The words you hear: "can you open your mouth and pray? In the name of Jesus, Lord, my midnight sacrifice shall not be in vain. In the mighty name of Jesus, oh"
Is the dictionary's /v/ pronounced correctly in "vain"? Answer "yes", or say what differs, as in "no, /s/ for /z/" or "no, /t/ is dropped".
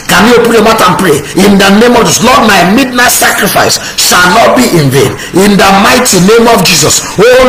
yes